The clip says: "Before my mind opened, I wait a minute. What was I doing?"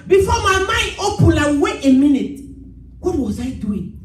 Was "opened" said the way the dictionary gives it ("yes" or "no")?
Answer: no